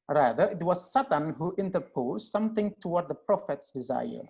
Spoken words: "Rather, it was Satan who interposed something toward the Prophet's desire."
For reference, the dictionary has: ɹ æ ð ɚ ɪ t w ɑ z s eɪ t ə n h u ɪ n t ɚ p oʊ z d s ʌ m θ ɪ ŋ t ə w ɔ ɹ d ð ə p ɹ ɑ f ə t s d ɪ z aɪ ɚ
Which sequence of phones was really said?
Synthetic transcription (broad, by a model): ɹ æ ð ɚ ɪ t w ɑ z s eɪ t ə n h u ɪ n t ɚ p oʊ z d s ʌ m θ ɪ ŋ t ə w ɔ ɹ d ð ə p ɹ ɑ f ə t s d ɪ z aɪ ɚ